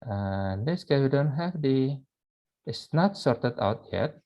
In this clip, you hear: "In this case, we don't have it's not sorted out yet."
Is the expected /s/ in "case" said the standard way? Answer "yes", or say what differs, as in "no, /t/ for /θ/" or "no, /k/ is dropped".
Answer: no, /s/ is dropped